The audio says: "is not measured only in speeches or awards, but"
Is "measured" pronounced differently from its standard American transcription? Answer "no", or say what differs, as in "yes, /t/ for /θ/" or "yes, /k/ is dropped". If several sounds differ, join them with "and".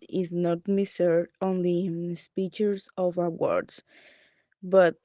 yes, /s/ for /ʒ/